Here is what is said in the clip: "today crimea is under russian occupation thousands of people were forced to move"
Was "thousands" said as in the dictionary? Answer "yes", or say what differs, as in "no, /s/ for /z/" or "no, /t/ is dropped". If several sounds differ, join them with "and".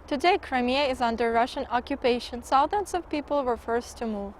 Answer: no, /s/ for /θ/